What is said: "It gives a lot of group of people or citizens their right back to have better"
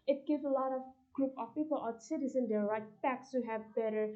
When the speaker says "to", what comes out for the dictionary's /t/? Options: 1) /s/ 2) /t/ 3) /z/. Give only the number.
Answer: 1